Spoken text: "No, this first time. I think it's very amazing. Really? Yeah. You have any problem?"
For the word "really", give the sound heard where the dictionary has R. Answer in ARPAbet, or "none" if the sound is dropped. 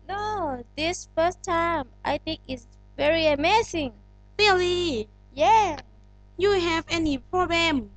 L